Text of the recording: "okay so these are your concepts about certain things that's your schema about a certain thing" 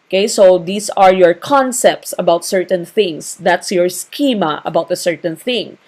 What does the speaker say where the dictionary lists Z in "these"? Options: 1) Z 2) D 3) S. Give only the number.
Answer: 3